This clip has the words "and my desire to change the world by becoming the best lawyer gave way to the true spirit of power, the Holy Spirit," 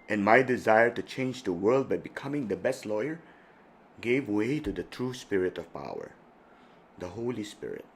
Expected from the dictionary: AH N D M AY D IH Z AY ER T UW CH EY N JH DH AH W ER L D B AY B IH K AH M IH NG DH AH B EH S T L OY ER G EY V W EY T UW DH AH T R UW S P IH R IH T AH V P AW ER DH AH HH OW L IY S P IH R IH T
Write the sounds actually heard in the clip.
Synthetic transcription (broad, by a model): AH N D M AY D IH Z AY ER T UW CH EY N JH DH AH W ER L D B AY B IH K AH M IH NG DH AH B EH S T L OY ER G EY V W EY T UW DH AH T R UW S P IH R IH T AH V P AW ER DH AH HH OW L IY S P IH R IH T